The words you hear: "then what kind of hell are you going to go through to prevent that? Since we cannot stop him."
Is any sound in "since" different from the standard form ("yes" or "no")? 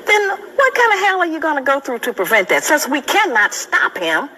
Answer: yes